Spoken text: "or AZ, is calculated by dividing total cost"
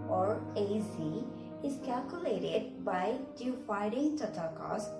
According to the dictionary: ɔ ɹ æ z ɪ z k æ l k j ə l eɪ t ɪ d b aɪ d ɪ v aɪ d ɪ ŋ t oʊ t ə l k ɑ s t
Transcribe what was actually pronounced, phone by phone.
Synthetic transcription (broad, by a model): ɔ ɹ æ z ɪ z k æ l k j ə l eɪ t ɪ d b aɪ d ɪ f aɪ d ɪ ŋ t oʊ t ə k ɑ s